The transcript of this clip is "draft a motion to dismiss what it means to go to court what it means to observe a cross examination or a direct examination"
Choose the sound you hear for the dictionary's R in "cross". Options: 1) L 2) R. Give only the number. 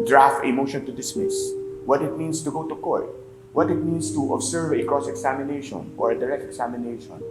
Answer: 2